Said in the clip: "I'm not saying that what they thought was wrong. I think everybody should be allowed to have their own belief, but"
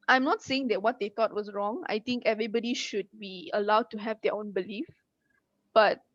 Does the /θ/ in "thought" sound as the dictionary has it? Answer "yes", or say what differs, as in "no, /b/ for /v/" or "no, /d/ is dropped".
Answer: no, /t/ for /θ/